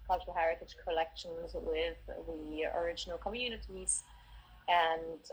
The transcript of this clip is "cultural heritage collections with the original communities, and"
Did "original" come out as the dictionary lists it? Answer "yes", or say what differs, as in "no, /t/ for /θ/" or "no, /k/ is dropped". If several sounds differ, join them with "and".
yes